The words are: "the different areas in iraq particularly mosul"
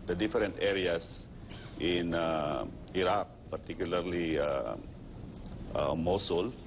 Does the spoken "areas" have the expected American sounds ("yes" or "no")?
no